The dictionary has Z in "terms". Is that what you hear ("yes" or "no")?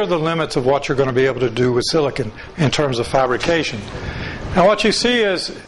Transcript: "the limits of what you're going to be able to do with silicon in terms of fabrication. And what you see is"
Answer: yes